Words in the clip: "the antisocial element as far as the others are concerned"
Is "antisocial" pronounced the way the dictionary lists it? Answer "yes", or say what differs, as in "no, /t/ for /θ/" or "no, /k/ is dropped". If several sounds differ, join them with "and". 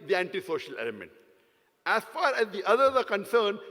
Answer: yes